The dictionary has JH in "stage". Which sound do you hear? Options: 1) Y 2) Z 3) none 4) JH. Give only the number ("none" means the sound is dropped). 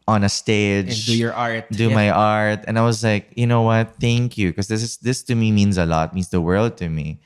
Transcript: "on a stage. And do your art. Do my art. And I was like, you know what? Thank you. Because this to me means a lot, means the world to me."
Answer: 3